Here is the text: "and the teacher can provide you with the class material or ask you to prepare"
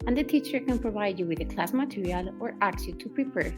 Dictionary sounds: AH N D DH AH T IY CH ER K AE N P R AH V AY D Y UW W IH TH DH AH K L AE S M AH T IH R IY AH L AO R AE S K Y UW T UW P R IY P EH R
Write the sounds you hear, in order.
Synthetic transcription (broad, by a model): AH N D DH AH T IY CH ER K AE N P R AH V AY D Y UW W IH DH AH K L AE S M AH T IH R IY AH L AO R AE K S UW T UW P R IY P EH R